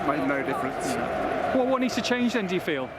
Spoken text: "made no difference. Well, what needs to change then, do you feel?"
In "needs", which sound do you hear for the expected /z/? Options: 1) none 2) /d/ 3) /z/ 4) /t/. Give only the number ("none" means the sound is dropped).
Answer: 1